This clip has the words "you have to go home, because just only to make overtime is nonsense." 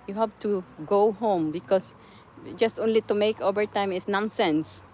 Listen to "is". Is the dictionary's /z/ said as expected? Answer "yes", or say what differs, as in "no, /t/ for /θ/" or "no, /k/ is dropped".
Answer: no, /s/ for /z/